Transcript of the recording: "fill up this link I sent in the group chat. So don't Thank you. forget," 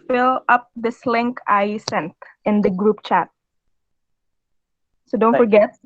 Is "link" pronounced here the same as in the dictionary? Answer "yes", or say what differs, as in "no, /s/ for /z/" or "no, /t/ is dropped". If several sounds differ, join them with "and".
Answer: yes